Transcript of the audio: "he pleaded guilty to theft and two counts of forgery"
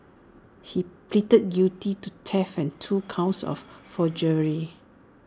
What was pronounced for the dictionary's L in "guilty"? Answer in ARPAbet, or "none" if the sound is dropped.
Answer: none